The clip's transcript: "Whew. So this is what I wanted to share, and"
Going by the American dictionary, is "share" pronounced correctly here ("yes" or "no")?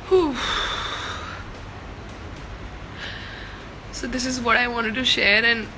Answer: yes